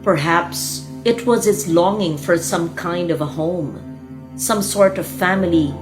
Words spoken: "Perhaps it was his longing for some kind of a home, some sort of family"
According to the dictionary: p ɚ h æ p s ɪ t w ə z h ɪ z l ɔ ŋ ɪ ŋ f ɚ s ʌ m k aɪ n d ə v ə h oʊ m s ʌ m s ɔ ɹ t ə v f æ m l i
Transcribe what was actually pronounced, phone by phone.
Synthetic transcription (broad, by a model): p ɚ h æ p s ɪ t w ə z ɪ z l ɔ ŋ ɪ ŋ f ɚ s ʌ m k aɪ n d ə v ə h oʊ m s ʌ m s ɔ ɹ t ə v f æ m l i